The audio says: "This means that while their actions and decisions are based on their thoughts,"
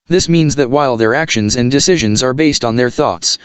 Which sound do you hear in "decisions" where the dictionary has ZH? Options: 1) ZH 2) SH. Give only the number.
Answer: 1